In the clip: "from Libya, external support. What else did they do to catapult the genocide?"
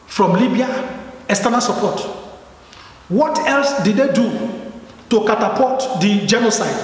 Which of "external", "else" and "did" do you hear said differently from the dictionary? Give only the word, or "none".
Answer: external